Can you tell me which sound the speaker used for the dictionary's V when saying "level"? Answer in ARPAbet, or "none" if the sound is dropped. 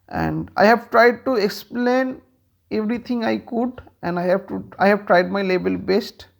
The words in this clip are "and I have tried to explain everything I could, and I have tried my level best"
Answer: B